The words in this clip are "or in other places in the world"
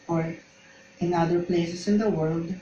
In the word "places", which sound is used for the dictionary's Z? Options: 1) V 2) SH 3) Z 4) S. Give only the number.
4